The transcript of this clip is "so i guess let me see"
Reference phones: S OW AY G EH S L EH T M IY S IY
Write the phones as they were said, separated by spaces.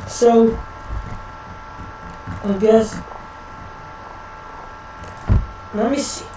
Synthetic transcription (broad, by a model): S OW AY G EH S N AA M IY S